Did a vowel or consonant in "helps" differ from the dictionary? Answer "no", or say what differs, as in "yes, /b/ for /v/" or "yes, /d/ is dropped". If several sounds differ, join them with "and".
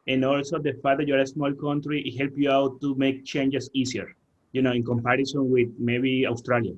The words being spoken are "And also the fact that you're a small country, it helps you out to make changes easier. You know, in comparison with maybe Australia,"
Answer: yes, /s/ is dropped